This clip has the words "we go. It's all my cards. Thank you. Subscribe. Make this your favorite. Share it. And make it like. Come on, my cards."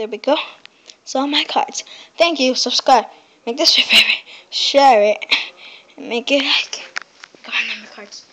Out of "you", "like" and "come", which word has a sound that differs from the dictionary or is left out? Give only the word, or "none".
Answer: come